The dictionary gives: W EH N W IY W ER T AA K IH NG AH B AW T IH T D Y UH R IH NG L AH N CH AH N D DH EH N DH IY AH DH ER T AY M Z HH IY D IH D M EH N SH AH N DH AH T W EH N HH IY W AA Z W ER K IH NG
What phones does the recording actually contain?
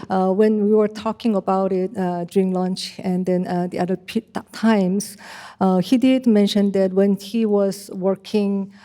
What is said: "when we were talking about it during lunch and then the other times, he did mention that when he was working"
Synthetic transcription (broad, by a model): W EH N W IY W ER T AA K IH NG AH B AW T IH T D Y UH R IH NG L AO N CH AH N D EH N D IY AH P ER T AY M S HH IY D IH D M EH N SH AH N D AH T W EH N HH IY W AA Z W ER K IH NG